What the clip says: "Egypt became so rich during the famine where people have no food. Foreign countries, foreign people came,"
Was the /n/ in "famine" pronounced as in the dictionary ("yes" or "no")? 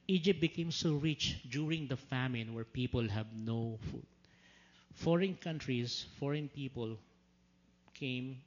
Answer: yes